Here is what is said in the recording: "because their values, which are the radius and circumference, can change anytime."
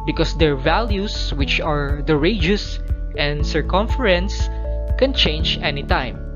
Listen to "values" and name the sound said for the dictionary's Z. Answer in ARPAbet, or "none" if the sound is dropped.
S